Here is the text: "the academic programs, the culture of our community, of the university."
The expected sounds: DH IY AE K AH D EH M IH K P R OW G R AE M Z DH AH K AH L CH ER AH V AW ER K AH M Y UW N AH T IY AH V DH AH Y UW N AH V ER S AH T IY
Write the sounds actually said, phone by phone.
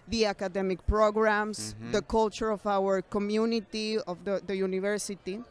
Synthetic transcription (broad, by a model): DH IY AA K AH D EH M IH K P R OW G R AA M S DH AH K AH L CH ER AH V AW ER K AH M Y UW N AH T IY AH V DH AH Y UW N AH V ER S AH T IY